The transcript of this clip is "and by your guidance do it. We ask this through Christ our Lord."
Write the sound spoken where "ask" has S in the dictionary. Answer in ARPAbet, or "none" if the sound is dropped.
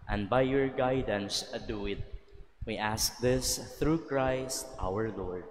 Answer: S